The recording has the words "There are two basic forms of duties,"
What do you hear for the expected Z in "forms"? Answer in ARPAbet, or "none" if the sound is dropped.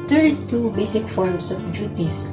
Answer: S